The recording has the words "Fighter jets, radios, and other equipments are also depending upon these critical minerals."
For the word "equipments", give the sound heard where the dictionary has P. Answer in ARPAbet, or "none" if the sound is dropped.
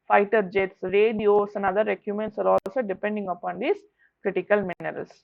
none